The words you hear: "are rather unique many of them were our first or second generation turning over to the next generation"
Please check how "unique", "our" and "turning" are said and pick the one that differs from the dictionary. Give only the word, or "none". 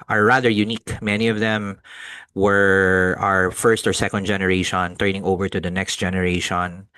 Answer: none